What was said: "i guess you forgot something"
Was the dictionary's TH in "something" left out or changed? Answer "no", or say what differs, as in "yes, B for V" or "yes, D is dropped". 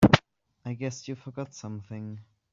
no